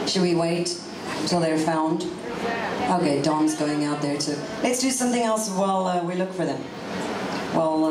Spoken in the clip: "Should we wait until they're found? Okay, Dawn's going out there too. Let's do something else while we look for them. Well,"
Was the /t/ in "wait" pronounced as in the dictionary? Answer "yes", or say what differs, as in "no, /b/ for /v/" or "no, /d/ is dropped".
yes